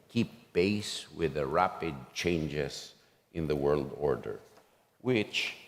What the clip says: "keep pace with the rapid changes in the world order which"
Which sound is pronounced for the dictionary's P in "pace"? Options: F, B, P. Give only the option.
B